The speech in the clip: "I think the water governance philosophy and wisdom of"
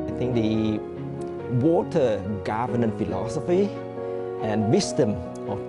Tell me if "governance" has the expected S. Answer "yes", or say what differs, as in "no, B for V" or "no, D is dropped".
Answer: no, S is dropped